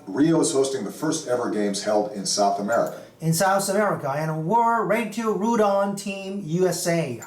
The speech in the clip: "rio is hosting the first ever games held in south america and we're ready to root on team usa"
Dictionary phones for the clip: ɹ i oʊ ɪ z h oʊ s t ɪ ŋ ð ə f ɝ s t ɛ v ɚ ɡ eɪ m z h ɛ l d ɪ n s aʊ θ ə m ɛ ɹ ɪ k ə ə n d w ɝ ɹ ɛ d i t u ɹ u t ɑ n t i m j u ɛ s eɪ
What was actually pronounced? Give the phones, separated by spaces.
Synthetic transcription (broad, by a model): ɹ i oʊ ɪ z h oʊ s t ɪ ŋ ð ə f ɝ s t ɛ v ɚ ɡ eɪ m z h ɛ l d ɪ n s aʊ θ ə m ɛ ɹ ɪ k ə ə n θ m ɝ w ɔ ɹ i t u ɹ u t ɑ n t i m j u ɛ s eɪ